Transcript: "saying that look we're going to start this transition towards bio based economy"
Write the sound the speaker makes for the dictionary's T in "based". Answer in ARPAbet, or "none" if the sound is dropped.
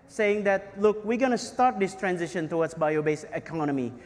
none